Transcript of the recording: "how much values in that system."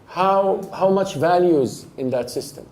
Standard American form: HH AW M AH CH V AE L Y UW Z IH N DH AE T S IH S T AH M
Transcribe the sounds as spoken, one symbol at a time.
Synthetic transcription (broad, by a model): HH AW M AH CH V AE L Y UW Z IH N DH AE T S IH S T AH M